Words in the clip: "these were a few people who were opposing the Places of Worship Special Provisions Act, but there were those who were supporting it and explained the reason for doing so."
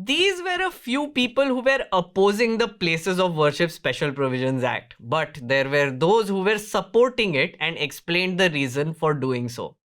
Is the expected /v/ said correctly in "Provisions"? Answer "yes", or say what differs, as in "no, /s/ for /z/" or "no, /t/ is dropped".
yes